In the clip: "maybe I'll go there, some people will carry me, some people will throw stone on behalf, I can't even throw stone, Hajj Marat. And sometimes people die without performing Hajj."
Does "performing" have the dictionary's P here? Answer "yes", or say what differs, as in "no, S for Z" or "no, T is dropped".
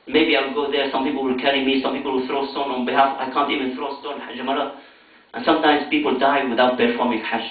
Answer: no, B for P